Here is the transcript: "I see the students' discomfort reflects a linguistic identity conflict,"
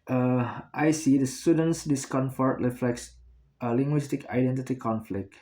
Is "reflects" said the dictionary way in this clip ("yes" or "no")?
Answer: yes